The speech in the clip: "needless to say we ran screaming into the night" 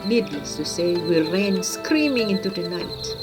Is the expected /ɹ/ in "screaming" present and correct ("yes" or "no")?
yes